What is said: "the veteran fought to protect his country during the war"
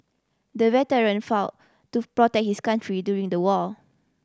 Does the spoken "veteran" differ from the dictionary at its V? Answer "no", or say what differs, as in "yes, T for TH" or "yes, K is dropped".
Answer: yes, W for V